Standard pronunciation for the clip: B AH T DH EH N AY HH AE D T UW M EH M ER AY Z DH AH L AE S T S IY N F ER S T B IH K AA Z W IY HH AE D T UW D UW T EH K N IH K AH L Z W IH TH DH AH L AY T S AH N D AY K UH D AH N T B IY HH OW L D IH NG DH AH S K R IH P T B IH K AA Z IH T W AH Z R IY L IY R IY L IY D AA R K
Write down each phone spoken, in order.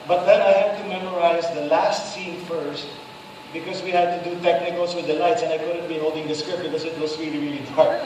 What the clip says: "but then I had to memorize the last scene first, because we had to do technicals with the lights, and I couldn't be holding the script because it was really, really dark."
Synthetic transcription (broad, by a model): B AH T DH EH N AY HH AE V T UW M EH M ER AY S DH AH L AE S T S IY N F ER S T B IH K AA S W IY HH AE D T UW D UW T EH K N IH K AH L S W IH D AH L AY T S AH N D AY K UH D AH N T B IY HH OW L D IH NG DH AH S K R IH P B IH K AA S IH T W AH S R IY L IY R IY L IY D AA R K